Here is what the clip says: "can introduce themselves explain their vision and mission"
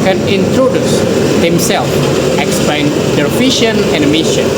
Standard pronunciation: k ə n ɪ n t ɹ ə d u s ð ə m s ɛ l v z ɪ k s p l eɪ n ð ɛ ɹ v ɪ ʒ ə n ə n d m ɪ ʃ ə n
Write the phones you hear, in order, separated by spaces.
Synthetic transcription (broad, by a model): k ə n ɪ n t ɹ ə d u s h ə m s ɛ l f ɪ k s p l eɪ n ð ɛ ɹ f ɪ ʃ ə n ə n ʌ m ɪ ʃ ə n